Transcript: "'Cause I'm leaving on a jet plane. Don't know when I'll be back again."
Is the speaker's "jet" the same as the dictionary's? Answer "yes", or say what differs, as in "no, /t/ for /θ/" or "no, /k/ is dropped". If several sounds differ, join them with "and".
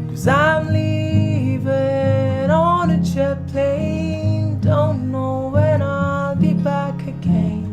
no, /tʃ/ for /dʒ/